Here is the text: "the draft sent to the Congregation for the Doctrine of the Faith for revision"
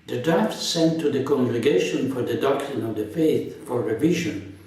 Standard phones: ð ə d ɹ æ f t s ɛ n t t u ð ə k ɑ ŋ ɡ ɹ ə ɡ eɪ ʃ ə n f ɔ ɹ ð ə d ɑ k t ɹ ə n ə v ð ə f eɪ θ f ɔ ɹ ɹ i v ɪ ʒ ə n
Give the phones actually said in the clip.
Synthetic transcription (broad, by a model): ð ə d ɹ æ f t s ɛ n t t u ð ə k ɑ ŋ ɡ ɹ ə ɡ eɪ ʃ ə n f ɔ ɹ ð ə d ɑ k t ɹ ə n ə v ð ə f eɪ θ f ɔ ɹ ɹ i v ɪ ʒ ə n